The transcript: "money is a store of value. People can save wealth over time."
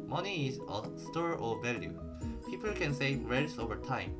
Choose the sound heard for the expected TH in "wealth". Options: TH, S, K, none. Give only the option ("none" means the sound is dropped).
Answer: S